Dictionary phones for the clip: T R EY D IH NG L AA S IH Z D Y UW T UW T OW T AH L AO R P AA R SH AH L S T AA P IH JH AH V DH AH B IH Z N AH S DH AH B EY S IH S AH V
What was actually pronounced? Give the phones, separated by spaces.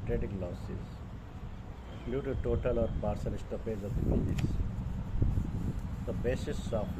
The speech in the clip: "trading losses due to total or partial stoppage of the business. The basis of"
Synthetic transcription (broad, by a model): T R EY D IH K L AA S IH Z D Y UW T UW T OW T AH L AO R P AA R S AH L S T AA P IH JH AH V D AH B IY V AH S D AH B EY S IH S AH